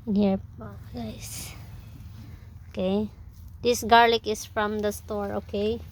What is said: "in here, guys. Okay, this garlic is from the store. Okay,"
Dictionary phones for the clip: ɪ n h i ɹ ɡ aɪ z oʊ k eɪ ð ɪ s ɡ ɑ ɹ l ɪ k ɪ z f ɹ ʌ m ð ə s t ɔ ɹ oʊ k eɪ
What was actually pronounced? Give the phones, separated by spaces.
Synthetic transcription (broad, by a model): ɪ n h i ɹ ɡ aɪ s oʊ k eɪ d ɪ s ɡ ɑ ɹ l ɪ k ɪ s f ɹ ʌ m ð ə s t ɔ ɹ oʊ k eɪ